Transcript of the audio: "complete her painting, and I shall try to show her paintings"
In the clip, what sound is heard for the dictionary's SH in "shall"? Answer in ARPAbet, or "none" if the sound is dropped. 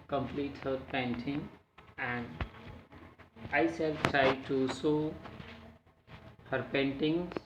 S